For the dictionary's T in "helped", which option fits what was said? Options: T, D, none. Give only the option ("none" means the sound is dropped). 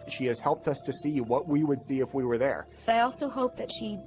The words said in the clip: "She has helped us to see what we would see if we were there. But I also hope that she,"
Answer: T